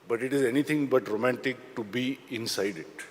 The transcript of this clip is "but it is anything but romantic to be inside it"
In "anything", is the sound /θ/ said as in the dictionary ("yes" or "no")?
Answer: no